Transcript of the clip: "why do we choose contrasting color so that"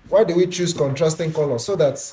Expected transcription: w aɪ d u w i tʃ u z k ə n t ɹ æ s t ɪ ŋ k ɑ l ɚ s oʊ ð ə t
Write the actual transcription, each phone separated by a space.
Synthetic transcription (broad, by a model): w aɪ d u w i tʃ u s k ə n t ɹ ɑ s t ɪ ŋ k ɑ l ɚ s oʊ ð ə t